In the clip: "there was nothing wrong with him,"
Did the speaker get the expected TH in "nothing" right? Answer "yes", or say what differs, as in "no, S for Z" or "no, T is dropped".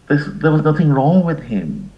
yes